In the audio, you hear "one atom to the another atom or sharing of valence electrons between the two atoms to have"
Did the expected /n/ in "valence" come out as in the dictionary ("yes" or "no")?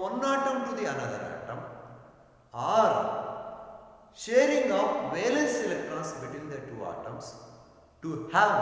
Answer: yes